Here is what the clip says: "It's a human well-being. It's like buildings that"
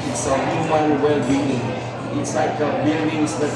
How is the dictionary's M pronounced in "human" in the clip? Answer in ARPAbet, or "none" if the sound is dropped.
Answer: none